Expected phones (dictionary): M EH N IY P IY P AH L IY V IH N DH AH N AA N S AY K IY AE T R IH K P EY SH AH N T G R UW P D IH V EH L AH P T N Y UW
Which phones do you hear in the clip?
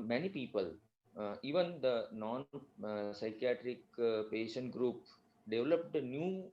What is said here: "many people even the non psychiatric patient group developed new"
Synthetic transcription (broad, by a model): M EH N IY P IY P AH L IY V IH N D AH N AA N S AY K IY AE T R IH K P EY SH AH N T G R UW P D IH V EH L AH P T N Y UW